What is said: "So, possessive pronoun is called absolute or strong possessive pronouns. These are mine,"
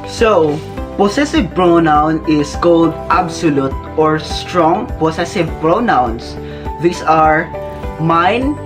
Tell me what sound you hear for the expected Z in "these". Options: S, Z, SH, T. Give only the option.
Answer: S